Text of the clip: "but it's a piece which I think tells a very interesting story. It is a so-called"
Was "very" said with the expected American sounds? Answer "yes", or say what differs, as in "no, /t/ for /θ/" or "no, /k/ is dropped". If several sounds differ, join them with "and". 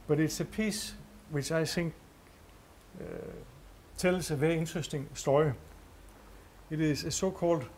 no, /ɹ/ is dropped